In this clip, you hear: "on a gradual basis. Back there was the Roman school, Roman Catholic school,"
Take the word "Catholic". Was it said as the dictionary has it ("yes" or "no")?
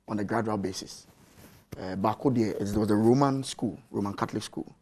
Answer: no